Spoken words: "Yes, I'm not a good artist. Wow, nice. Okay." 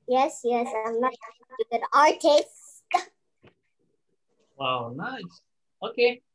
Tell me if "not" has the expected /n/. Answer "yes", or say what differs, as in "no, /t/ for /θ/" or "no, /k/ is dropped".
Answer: no, /l/ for /n/